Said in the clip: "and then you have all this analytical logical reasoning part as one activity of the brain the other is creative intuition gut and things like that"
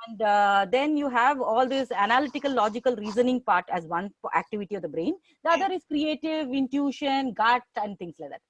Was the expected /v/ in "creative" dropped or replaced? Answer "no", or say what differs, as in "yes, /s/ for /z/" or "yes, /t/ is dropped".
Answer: no